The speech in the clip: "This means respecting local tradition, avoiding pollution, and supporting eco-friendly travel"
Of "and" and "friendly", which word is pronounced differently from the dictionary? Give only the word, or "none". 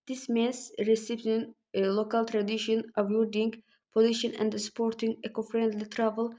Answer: none